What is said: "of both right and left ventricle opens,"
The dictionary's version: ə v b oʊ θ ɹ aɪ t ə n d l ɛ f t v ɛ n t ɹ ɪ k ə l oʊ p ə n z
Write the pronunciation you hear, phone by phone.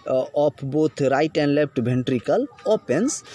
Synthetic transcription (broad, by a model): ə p b oʊ t ɹ aɪ t ə n d l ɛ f t b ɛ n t ɹ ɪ k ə l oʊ p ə n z